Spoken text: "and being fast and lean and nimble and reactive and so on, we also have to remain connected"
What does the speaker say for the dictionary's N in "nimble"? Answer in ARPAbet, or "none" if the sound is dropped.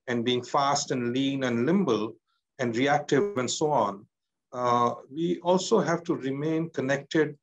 L